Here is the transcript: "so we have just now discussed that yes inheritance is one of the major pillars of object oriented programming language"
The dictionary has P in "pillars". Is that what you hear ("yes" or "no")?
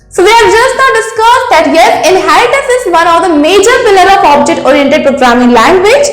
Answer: no